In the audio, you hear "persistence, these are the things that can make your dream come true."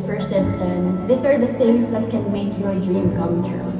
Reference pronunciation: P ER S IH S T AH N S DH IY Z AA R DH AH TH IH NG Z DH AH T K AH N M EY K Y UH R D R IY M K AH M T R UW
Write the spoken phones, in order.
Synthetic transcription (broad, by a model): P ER S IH S T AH N S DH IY S AA R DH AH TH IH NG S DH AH T K AH N M EY K Y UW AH D R IY M K AH M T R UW